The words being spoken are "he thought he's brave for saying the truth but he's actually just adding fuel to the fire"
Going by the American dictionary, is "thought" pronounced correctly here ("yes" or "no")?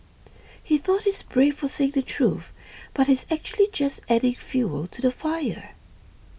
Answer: yes